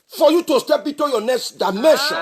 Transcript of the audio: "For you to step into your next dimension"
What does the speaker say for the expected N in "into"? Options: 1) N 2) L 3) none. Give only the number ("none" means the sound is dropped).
3